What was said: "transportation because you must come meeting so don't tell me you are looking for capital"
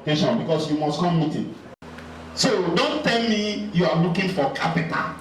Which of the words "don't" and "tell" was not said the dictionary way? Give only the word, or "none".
none